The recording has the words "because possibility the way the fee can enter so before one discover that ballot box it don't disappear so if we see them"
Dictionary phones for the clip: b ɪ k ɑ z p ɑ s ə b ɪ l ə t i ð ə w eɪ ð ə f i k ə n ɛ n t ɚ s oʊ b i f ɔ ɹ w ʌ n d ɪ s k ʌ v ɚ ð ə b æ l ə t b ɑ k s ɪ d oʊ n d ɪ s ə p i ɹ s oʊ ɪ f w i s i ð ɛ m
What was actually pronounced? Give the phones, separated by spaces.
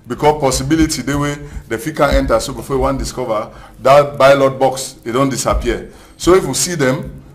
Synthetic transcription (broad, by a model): b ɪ k ɑ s p ɑ s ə b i l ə t i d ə w eɪ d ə f i k ə n ɛ n t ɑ s oʊ b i f ɔ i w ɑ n d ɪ s k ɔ v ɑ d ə b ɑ l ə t b ɑ k s ɪ d oʊ n d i s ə p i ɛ s oʊ ɪ f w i s i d ɛ m